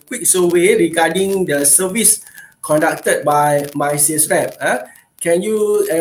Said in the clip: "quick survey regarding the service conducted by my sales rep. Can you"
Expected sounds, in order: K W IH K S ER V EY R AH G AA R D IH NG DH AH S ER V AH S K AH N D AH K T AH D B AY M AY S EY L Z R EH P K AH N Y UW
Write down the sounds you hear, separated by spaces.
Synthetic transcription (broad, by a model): K W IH K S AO W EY R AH G AA D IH NG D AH S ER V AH S K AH N D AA K T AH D B AY M AY S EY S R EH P K AH N Y UW